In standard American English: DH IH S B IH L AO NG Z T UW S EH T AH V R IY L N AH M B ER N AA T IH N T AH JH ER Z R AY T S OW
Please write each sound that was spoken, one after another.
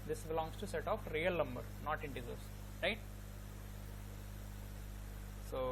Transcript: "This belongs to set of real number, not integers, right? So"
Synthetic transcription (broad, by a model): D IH S B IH L AO NG S T UW S EH T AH P R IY L N AH M B ER N AA T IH N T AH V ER S R AY T S OW